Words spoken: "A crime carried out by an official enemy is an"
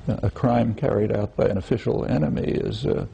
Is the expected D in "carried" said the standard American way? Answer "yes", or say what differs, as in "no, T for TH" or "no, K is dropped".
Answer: yes